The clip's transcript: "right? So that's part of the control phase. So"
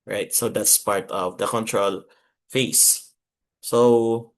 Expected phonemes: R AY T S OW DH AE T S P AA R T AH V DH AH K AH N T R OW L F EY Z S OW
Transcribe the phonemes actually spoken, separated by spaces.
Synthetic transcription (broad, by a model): R AY T S OW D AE T S P AA R T AH V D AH K AH N T R OW L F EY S S OW